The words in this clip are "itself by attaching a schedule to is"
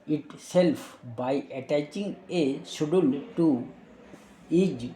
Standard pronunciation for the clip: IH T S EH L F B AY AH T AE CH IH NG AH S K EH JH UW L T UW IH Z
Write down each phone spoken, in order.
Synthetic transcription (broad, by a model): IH T S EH L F B AY AH T AE CH IH NG AH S UW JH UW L T UW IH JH